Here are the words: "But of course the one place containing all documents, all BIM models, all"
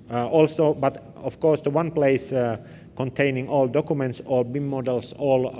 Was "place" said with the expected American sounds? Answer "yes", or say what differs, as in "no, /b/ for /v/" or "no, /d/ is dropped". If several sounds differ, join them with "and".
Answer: yes